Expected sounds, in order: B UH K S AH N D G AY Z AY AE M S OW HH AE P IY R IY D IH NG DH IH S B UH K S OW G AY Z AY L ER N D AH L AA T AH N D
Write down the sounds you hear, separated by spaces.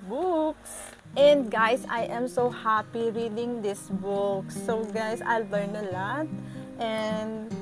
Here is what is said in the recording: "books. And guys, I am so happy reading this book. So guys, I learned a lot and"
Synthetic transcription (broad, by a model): B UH K S AH N D G AY S AY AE M S OW HH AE P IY R IY D IH NG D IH S B UH K S OW G AY S AY L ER N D AH L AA T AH N D